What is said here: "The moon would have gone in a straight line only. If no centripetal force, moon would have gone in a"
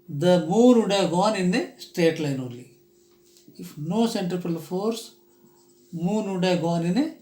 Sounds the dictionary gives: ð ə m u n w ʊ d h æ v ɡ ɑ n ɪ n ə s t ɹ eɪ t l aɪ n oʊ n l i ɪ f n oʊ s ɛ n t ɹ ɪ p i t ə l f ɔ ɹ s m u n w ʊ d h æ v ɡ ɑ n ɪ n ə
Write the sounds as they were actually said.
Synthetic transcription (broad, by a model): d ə m u n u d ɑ ɡ ɑ n ɪ n ə s t eɪ t l aɪ n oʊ l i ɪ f n oʊ s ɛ n t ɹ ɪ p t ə l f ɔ ɹ s m u n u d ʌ ɡ ɑ n ɪ n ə